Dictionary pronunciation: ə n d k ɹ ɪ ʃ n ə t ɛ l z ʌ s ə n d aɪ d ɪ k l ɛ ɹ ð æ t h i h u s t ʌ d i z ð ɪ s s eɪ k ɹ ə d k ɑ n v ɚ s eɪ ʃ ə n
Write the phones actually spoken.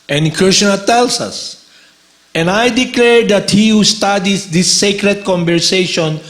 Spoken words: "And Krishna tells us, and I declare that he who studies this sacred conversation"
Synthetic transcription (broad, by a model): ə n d k ɹ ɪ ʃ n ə t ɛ l s ʌ s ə n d aɪ d ɪ k l ɛ ɹ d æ t h i h u s t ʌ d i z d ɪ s s eɪ k ɹ ə d k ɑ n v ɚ s eɪ ʃ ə n